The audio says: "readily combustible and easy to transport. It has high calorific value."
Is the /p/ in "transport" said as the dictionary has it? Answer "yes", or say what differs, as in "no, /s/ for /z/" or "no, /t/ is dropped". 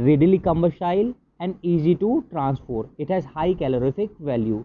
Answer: no, /f/ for /p/